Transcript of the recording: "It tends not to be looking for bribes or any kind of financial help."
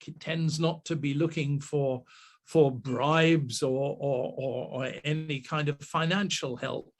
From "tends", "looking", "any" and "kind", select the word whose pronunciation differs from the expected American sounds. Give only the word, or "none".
none